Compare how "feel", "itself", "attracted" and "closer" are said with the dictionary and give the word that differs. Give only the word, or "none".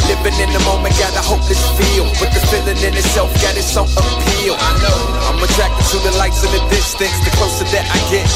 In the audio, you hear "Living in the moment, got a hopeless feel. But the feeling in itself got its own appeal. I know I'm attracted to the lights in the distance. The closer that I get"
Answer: closer